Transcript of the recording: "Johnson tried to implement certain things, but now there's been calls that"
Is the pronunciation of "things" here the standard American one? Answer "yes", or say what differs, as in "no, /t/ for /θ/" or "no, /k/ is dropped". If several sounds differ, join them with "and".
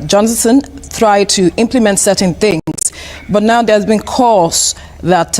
yes